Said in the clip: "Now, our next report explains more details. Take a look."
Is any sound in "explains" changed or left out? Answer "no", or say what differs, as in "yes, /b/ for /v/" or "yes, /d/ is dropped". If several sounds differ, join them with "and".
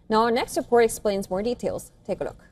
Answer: no